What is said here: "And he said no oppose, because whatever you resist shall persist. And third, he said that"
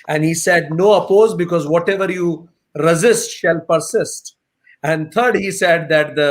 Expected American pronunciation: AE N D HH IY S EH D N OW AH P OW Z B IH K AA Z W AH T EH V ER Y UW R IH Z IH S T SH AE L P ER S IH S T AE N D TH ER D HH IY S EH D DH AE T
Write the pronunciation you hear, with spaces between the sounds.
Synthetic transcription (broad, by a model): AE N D HH IY S EH D N OW AH P OW Z B IH K AA Z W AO T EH V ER Y UW R IH Z IH S T SH AE L P ER S IH S T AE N D T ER D HH IY S EH D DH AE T